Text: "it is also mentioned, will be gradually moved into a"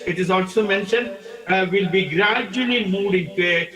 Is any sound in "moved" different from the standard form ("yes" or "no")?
yes